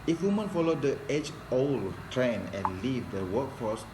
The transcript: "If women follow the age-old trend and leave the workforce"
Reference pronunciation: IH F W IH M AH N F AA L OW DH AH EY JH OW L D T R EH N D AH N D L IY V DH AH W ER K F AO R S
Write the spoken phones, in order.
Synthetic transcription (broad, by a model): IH F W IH M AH N F AA L OW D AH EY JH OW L T R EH N AH N L IY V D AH W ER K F AO S